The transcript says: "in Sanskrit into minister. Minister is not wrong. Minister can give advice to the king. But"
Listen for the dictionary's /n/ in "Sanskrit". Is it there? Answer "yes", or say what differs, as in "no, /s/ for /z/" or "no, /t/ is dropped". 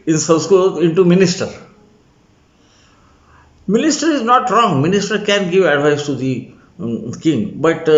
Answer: no, /l/ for /n/